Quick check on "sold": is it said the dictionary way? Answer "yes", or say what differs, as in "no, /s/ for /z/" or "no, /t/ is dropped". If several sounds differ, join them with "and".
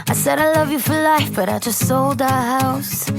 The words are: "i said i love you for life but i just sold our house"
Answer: yes